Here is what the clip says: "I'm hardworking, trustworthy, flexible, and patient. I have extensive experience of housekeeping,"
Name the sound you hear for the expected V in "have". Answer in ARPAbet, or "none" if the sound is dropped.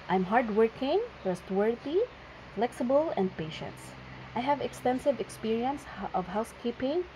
V